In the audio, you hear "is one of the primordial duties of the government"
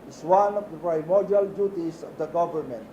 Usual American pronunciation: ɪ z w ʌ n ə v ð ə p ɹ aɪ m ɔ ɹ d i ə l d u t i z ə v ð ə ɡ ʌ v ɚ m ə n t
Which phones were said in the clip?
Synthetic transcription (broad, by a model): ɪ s w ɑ n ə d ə p ɹ aɪ m ɔ ɹ d i ə l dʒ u t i s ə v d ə ɡ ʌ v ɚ m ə n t